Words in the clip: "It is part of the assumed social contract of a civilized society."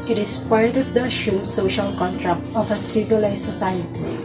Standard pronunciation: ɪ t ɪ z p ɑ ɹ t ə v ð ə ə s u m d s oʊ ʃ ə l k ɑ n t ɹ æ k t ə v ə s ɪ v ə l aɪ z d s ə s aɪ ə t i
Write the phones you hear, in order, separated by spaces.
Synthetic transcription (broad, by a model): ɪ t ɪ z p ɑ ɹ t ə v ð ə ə ʃ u s oʊ ʃ ə l k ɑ n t ɹ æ k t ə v ə s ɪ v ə l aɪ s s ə s aɪ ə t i